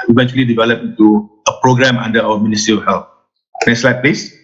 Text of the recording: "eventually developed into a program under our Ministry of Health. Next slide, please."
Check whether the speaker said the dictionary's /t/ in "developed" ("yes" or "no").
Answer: no